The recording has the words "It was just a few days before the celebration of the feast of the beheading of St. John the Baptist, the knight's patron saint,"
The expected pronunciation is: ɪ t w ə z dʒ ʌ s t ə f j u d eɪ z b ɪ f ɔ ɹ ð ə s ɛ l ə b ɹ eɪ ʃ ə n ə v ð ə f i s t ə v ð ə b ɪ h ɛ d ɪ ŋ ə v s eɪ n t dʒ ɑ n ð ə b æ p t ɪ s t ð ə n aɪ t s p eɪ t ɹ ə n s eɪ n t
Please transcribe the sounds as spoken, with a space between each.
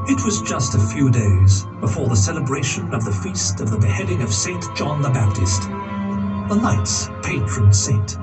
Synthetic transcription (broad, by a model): ɪ t w ə z dʒ ʌ s t ə f j u d eɪ z b ɪ f ɔ ɹ ð ə s ɛ l ə b ɹ eɪ ʃ ə n ə v ð ə f i s t ə v ð ə b ɪ h ɛ d ɪ ŋ ə v s eɪ n dʒ ɑ n ð ə b æ p t ɪ s t ð ə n aɪ t s p eɪ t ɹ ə n s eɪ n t